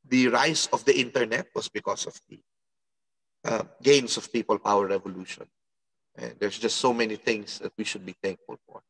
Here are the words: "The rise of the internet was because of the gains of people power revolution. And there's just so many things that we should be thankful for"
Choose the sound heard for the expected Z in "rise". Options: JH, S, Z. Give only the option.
S